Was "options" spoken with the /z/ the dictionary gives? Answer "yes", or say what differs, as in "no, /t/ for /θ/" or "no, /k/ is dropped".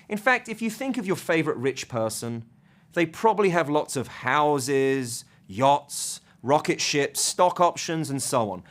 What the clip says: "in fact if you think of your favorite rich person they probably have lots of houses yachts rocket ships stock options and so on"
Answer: yes